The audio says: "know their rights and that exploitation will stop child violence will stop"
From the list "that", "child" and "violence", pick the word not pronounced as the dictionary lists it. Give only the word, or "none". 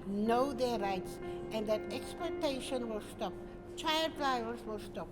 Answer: violence